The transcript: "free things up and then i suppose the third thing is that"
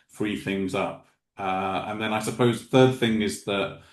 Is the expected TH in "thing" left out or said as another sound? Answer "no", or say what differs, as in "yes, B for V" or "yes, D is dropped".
no